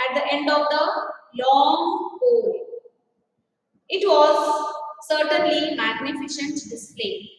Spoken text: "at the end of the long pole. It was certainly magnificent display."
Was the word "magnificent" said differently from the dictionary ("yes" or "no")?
yes